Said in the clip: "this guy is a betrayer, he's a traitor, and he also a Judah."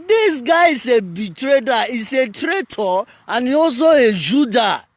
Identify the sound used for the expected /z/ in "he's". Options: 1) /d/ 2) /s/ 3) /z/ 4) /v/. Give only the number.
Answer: 2